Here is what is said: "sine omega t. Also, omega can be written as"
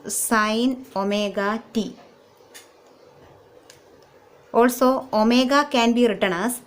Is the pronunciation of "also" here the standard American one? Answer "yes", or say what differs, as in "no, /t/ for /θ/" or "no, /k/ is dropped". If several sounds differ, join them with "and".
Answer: yes